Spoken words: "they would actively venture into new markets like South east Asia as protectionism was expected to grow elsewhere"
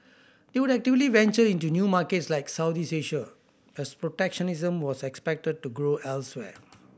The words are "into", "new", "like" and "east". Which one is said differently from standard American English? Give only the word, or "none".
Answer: east